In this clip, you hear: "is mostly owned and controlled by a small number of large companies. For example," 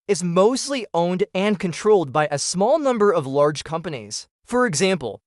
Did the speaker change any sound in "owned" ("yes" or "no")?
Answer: no